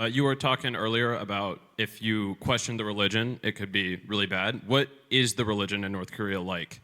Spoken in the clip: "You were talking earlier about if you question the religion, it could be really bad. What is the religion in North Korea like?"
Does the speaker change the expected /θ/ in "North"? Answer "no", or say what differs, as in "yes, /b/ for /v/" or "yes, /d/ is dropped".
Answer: no